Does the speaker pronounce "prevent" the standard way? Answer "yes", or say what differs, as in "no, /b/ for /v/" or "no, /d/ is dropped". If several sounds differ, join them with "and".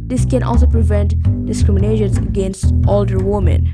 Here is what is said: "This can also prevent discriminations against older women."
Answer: yes